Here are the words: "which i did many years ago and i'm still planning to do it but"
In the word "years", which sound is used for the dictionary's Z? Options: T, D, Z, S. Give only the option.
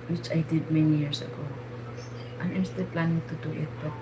S